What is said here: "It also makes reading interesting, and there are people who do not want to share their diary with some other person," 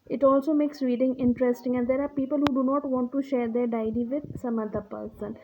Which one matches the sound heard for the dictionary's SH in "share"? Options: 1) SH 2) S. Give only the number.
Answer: 1